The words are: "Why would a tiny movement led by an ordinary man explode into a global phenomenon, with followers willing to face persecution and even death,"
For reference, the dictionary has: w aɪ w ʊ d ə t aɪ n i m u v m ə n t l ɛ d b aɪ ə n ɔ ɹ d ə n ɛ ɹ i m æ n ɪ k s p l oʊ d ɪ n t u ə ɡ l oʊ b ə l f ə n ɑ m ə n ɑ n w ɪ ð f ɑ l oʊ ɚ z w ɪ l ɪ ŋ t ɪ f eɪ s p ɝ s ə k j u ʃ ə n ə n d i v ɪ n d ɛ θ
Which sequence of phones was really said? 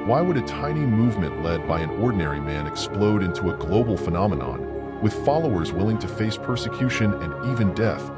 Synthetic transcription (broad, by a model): w aɪ w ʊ d ə t aɪ n i m u v m ə n t l ɛ d b aɪ ə n ɔ ɹ d n ɛ ɹ i m æ n ɪ k s p l oʊ d ɪ n t u ə ɡ l oʊ b l f ə n ɑ m ə n ɑ n w ɪ ð f ɑ l oʊ ɚ z w ɪ l ɪ ŋ t ɪ f eɪ s p ɝ s ə k j u ʃ ə n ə n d i v ɪ n d ɛ θ